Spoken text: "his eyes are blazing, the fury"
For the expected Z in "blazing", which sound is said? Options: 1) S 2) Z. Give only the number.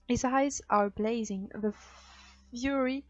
2